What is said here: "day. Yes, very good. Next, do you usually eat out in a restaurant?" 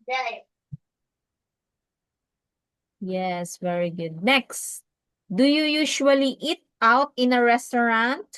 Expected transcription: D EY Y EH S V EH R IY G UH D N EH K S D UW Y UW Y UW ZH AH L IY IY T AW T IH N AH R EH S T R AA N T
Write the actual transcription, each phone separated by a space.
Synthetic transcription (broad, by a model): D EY Y EH S V EH R IY G UH D N EH K S D UW Y UW Y UW SH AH L IY IY T AW T IH N AH R EH S T R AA N T